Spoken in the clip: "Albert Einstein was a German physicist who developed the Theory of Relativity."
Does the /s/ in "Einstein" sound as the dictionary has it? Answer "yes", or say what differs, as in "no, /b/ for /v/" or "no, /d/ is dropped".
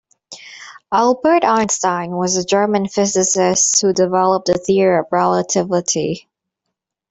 yes